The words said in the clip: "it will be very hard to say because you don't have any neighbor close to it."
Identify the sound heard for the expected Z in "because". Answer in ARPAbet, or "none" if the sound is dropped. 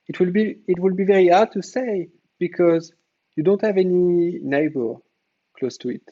Z